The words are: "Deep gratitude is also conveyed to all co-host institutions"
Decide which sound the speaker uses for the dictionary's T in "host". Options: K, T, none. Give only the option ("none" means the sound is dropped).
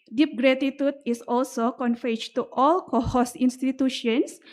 none